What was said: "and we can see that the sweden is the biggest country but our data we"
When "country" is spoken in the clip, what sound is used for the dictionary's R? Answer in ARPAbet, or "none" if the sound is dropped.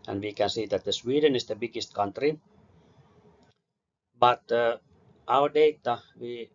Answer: R